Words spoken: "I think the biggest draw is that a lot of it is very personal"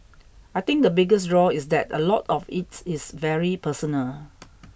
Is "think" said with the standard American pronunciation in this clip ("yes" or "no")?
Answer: no